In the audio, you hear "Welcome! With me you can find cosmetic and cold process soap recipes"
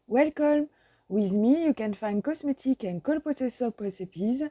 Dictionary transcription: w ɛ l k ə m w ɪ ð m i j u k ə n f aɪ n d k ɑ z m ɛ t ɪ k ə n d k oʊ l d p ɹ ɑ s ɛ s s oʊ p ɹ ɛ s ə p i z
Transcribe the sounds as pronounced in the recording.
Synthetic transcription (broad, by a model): w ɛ l k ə m w ɪ ð m i j u k ə n f aɪ n d k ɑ s m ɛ t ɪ k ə n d k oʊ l p ɑ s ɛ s s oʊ p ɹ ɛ s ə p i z